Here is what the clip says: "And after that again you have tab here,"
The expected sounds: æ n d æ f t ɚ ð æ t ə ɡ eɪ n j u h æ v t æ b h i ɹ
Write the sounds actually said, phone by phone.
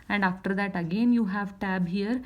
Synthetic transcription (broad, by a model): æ n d æ f t ɚ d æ t ə ɡ eɪ n j u h æ v t æ b h i ɹ